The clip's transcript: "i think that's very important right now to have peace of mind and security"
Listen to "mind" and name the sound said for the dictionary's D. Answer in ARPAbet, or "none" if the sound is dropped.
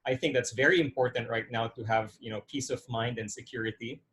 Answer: D